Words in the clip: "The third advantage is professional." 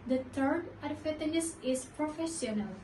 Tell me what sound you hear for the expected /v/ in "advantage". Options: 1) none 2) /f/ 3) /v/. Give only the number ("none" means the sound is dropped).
2